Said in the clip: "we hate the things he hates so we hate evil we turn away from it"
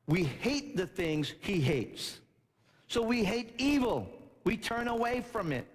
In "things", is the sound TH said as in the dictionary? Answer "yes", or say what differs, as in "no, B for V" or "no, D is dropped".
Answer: yes